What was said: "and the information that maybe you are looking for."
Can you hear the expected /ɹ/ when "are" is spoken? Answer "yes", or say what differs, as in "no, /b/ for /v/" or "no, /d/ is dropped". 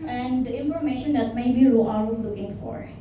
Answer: no, /l/ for /ɹ/